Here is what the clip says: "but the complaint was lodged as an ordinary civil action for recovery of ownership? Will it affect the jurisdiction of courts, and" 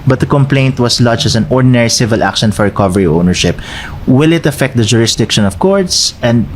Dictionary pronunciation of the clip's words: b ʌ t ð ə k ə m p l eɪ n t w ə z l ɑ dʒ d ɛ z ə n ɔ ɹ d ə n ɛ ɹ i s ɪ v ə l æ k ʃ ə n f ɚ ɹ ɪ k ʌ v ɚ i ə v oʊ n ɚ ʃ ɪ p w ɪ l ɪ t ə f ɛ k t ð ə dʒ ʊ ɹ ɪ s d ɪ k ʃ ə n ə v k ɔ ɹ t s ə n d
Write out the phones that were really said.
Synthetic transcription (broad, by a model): b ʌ t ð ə k ə m p l eɪ n t w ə s l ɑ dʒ ɛ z ə n ɔ ɹ d ə n ɛ ɹ i s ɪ v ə l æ k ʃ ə n f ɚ ɹ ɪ k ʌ v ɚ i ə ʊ n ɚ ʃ ɪ p w ɪ l ɪ t ə f ɛ k t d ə dʒ ʊ ɹ ɪ s d ɪ k ʃ ə n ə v k ɔ ɹ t s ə n d